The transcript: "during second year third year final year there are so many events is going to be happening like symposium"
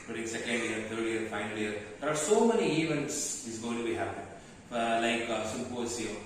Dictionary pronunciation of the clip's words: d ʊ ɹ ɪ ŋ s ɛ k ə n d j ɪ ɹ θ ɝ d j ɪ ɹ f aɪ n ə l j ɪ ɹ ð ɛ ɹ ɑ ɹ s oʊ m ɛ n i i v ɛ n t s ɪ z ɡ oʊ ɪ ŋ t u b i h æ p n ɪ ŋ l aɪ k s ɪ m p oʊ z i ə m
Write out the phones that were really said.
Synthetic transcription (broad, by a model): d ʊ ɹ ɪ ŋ s ɛ k ə n d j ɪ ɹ t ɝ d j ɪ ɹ f aɪ n ə l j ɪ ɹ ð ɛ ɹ ɑ ɹ s oʊ m ɛ n i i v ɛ n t s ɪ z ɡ oʊ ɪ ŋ t u b i h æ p ɪ l aɪ k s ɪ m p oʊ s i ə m